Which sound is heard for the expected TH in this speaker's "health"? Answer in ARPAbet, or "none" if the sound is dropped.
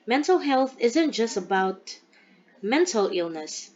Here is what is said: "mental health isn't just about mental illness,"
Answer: TH